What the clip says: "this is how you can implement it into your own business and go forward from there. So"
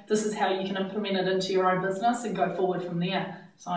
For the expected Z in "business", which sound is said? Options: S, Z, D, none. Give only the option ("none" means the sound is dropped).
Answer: Z